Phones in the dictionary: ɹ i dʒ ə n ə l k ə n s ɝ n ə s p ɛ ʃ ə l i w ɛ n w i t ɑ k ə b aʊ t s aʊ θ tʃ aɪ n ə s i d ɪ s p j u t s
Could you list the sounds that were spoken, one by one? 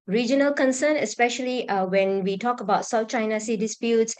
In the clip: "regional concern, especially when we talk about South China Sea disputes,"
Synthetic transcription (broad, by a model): ɹ i dʒ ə n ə l k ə n s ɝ n ə s p ɛ ʃ ə l i w ɛ n w i t ɑ k ə b aʊ t s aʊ f tʃ aɪ n ə s i d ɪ s p j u t s